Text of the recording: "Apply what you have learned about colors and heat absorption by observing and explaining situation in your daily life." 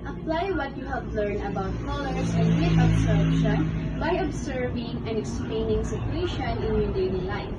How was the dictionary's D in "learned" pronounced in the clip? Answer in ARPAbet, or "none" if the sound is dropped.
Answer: none